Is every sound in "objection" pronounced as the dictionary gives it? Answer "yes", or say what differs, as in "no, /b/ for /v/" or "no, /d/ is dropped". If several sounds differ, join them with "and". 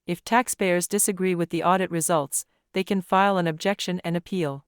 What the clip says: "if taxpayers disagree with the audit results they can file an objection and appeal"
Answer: yes